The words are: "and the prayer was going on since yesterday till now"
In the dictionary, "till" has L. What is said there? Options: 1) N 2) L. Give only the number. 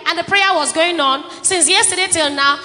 2